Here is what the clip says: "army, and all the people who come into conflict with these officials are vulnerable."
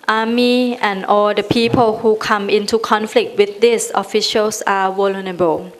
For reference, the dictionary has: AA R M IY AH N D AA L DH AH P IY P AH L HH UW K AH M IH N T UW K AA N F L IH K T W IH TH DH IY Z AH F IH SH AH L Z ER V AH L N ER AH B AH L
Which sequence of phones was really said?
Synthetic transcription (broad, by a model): AA M IY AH N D AA L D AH P IY P AH L HH UW K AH M IH N T UW K AA N F L IH K T W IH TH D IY S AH F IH SH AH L S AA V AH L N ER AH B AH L